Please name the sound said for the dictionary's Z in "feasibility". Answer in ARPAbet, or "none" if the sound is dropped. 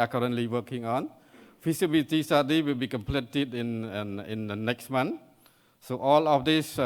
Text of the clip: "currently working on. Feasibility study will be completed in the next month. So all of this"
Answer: S